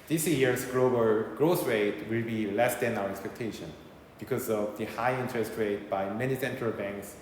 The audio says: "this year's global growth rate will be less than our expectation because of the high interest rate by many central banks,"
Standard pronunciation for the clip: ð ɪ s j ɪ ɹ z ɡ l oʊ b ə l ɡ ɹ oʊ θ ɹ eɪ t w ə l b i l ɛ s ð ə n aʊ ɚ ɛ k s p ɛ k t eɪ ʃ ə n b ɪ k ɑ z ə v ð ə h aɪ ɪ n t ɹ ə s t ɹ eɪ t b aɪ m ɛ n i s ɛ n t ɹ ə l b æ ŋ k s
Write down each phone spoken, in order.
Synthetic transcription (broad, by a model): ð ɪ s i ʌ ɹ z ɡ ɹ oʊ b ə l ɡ ɹ oʊ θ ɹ eɪ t w ə l b i l ɛ s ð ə n aʊ ɚ ɛ k s p ɛ k t eɪ ʃ ə n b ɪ k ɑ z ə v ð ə h aɪ ɪ n t ɹ ə s t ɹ eɪ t b aɪ m ɛ n i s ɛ n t ɹ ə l b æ ŋ k s